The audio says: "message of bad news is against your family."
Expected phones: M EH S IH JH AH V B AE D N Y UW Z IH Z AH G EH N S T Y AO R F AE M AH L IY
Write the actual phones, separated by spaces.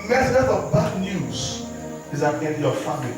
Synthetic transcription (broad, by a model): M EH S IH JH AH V B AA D N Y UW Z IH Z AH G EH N T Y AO F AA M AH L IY